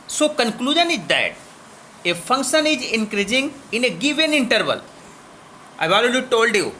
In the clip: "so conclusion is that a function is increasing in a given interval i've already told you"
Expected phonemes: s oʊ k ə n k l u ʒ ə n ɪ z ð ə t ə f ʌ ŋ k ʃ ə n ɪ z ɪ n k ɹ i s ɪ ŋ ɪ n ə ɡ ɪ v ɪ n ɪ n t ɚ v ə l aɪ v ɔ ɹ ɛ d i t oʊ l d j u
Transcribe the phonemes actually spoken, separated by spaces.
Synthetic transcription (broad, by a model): s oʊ k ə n k l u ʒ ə n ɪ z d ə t ə f ʌ ŋ k ʃ ə n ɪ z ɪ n k ɹ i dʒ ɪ ŋ ɪ n ə ɡ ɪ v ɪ n ɪ n t ɚ v ə l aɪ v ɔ l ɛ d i t oʊ l d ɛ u